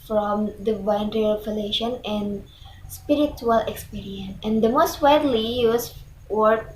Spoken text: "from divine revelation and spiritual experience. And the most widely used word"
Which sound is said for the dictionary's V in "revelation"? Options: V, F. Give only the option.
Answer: F